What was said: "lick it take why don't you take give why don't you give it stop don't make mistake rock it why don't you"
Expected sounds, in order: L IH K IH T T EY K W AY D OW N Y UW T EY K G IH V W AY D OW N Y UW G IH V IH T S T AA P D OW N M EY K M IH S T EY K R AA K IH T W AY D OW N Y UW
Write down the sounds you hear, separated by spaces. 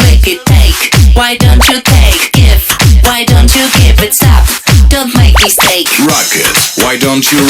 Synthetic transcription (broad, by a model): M IH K IH T T EY K W AY D OW N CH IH T EY K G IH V W AY D OW N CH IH G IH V IH T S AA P D OW N M EY K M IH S T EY K R AA K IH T W AY D OW N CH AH